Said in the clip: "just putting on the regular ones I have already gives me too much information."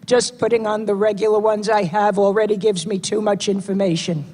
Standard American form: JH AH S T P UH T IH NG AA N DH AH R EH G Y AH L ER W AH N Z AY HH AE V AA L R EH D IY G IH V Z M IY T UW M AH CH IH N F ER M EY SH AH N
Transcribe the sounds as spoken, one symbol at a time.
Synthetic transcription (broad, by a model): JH AH S P UH T IH NG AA N DH AH R EH G Y L ER W AH N Z AY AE V L R EH D IY G IH V Z M IY T UW M AH CH IH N F ER M EY SH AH N